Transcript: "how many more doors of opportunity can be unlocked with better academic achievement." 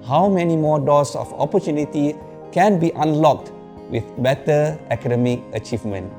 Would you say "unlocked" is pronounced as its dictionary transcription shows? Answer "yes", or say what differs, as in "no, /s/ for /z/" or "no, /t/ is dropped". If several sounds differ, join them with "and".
yes